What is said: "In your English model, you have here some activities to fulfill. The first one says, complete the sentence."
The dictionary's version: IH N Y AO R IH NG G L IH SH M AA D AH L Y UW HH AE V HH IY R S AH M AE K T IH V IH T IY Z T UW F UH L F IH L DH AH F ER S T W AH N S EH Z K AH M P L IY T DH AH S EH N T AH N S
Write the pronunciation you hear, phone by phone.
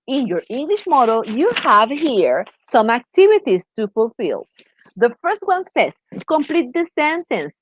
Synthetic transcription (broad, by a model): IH N Y AO R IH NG G L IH SH M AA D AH L Y UW HH AE V HH IY R S AH M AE K T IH V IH T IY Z T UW F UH L F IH L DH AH F ER S T W AH N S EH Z K AH M P L IY T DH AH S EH N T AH N S